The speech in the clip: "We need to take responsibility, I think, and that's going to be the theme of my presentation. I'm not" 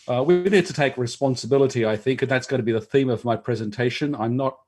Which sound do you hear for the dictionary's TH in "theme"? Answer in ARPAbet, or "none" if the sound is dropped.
TH